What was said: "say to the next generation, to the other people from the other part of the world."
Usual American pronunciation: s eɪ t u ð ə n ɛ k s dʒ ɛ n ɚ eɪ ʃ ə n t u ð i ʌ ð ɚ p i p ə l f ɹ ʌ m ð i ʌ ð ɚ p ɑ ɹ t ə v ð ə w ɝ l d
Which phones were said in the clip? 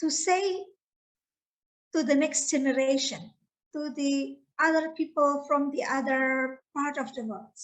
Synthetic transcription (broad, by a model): s eɪ t u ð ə n ɛ k s dʒ ɛ n ɚ eɪ ʃ ə n t u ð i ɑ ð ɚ p i p ə l f ɹ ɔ m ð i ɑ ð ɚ p ɑ ɹ t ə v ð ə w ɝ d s